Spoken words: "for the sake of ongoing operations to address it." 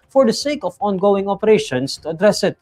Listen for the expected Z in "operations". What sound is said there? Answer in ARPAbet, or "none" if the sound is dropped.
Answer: S